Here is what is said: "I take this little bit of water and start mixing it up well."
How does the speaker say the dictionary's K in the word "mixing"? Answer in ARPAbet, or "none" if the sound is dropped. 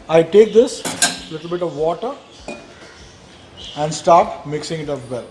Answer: K